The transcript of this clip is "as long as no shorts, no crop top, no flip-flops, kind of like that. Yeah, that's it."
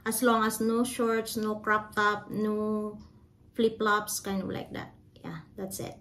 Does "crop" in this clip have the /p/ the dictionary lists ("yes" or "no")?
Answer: yes